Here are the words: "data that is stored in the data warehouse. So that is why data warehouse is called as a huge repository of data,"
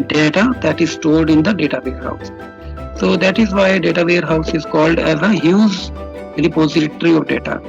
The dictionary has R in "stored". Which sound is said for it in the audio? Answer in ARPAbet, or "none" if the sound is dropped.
L